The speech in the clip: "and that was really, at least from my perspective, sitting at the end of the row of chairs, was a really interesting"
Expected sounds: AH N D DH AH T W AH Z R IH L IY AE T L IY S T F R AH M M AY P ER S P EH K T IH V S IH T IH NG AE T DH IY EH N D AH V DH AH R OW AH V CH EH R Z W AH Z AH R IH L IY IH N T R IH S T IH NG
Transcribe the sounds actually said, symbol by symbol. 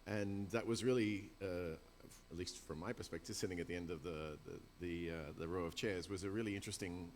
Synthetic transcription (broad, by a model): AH N DH AH T W AH Z R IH L IY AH T L IY S T F R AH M M AY P ER S P EH K T IH V S IH T IH NG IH T DH IY EH N D AH V DH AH R OW AH V CH EH R Z W AH Z AH R IH L IY IH N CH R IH S T IH NG